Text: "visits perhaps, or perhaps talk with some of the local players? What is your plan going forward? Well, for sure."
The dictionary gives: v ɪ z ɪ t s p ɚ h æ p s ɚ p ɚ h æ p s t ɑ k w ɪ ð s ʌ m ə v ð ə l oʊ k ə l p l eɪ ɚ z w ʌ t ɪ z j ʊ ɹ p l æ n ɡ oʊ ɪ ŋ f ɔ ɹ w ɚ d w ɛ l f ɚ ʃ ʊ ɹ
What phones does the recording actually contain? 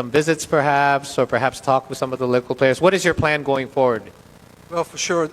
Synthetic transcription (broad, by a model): v ɪ z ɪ t s p ɚ h æ p s ɚ p ɚ h æ p s t ɑ k w ɪ ð s ʌ m ə v ð ə l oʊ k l p l eɪ ɚ z w ʌ t ɪ z j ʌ ɹ p l æ n ɡ oʊ ɪ ŋ f ɔ ɹ w ɚ d w ɛ l f ɚ ʃ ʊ ɹ